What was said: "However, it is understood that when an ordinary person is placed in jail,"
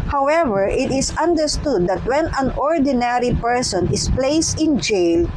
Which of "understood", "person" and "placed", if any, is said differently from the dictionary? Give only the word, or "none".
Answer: none